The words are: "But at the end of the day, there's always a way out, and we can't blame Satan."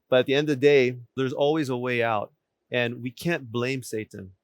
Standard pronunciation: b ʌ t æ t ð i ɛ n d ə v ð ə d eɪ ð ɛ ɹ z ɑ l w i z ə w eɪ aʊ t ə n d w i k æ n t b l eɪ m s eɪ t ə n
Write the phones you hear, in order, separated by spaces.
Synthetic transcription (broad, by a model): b ʌ t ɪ t ð i ɛ n d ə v ð ə d eɪ ð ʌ ɹ z ɑ l w i z ə w eɪ aʊ t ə n w i k æ n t b l eɪ m s eɪ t n